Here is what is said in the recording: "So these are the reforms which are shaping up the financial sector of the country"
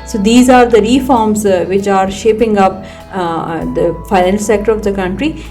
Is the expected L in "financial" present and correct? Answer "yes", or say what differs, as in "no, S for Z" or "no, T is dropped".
no, N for L